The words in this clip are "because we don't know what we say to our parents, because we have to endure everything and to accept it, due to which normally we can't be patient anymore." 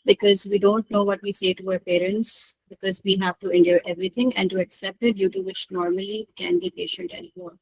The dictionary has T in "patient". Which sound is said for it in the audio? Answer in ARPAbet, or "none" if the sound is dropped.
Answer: T